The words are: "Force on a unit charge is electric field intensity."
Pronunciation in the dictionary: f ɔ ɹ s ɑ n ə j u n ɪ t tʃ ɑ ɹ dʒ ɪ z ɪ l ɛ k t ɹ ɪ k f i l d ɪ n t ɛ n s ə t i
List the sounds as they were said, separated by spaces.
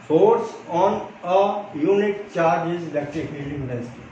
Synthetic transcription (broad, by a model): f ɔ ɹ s ɑ n ə j u n ɪ t tʃ ɑ ɹ dʒ ɪ z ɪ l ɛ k t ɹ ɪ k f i d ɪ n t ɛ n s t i